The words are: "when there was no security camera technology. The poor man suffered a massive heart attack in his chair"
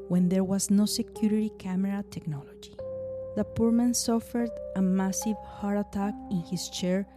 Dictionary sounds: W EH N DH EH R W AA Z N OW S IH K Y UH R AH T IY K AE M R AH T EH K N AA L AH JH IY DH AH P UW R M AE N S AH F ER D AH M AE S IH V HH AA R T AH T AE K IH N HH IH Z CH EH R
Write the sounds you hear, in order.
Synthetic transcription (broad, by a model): W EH N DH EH R W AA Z N OW S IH K Y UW R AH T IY K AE M R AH T EH K N AA L AH JH IY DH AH P UW R M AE N S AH F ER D AH M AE S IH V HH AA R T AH T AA K IH N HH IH S CH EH R